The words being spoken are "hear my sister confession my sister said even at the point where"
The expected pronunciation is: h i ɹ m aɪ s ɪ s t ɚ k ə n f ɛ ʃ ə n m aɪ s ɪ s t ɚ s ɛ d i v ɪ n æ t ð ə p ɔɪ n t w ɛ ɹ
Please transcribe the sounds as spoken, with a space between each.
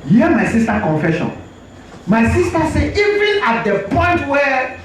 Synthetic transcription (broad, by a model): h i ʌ m aɪ s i s t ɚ k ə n f ɛ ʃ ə n m aɪ s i s t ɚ s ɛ i v ɪ n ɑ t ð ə p ɔɪ n t w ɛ